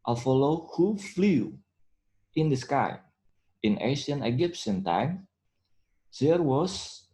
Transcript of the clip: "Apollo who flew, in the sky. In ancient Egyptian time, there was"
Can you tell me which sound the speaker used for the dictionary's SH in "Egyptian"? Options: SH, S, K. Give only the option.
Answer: S